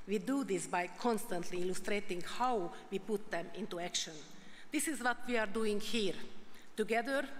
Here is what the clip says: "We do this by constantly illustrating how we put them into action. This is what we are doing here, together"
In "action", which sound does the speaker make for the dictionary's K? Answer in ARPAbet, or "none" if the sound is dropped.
K